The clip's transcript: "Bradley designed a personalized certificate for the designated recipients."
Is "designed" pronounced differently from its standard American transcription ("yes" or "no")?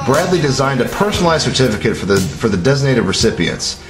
no